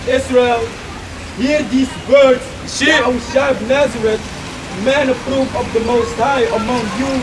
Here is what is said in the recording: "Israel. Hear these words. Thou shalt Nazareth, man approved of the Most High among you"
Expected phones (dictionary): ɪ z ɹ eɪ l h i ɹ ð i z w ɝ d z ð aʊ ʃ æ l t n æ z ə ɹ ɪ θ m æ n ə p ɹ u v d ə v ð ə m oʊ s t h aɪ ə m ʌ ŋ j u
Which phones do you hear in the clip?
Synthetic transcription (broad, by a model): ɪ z ɹ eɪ l h i ɹ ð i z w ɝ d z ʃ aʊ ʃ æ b n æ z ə ɹ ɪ t m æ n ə p ɹ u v ə v ð ə m oʊ s t h aɪ ə m ʌ ŋ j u